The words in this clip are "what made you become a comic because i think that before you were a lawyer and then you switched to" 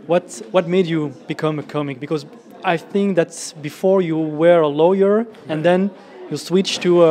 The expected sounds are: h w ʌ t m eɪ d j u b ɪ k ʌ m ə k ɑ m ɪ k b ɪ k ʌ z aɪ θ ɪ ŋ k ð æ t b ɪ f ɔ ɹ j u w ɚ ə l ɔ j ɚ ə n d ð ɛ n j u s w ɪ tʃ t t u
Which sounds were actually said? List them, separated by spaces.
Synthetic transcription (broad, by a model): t w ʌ t m eɪ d j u b ɪ k ʌ m ə k ɑ m ɪ k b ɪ k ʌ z aɪ θ ɪ ŋ k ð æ t b ɪ f ɔ ɹ j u w ɚ ə l ɔ j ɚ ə n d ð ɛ n j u s w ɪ tʃ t t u